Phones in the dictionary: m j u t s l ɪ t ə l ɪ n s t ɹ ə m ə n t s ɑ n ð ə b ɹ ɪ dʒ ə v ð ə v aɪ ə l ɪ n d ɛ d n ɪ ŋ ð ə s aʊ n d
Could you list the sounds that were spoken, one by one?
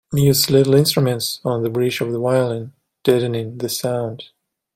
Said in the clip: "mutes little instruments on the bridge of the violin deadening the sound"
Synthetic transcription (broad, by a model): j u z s l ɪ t l ɪ n s t ɹ ə m ə n t s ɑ n ð ə b ɹ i tʃ ə v ð ə w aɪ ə l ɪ n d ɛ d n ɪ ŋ ð ə s aʊ n d